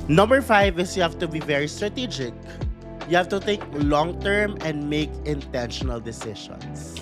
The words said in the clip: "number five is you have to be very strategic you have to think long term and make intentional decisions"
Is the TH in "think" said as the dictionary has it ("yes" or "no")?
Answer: no